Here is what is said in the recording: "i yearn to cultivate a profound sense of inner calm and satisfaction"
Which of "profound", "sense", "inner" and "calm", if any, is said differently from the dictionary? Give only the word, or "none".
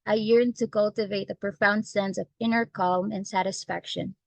none